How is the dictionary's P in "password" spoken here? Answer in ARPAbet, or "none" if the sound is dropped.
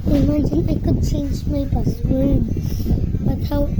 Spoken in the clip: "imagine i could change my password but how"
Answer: B